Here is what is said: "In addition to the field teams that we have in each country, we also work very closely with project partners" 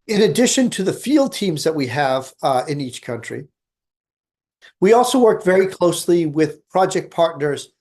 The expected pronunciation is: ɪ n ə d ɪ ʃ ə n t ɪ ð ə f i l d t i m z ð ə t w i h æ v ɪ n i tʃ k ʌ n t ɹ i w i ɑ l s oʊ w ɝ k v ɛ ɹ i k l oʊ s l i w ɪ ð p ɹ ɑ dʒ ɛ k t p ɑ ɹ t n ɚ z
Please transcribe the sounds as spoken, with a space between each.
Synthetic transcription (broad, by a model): ɪ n ə d ɪ ʃ ə n t ɪ ð ə f i l d t i m z ð ə t w i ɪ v ɪ n i tʃ k ʌ n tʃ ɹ i w i ɑ l s oʊ w ɝ k v ɛ ɹ i k l oʊ s l i w ɪ ð p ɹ ɑ dʒ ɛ k p ɑ ɹ t n ɚ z